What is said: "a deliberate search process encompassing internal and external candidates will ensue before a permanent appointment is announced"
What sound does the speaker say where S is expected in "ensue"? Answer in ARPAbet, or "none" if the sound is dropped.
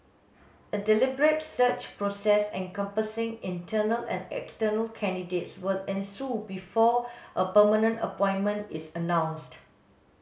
S